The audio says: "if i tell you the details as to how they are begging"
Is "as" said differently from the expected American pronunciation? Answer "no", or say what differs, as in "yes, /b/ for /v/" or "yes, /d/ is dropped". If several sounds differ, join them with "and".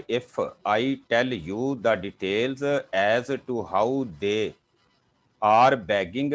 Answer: no